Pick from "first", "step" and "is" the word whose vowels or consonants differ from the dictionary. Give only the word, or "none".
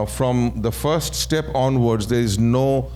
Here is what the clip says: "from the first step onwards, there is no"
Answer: none